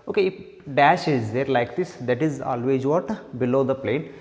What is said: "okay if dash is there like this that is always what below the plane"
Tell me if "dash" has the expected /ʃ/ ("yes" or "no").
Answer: yes